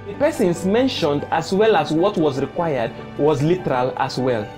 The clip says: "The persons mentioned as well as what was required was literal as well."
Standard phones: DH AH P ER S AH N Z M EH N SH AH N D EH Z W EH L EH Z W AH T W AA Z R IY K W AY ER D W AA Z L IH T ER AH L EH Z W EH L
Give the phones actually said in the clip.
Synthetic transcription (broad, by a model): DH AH P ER S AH N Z M EH N SH AH N D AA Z W EH L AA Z W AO T W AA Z R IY K W AY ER D W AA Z L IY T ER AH L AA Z W EH L